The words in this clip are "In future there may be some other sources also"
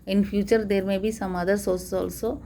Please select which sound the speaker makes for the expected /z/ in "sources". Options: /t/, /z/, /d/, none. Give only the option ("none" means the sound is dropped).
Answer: none